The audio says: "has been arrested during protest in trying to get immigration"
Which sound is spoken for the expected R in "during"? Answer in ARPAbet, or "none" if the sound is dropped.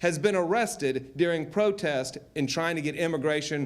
R